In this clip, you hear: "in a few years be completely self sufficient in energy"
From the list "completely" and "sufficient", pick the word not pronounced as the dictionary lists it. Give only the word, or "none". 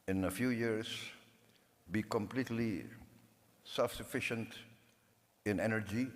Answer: none